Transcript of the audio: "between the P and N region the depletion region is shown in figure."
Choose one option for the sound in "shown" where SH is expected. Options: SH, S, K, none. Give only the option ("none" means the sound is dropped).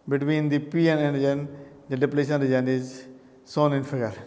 S